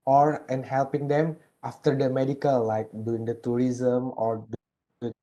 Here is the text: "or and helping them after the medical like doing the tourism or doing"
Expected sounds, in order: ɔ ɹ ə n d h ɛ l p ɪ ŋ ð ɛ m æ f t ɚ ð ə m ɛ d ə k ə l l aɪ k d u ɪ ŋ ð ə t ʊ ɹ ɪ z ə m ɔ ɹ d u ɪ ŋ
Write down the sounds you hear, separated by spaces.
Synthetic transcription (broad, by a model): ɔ ɹ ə n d h ɛ l p ɪ ŋ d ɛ m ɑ f t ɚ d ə m ɛ d ə k ə l l aɪ k d u ɪ ŋ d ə t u ɹ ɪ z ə m ɔ ɹ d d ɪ